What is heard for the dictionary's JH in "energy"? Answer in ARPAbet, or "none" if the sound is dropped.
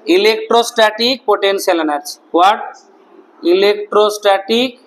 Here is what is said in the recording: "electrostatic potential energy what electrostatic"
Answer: CH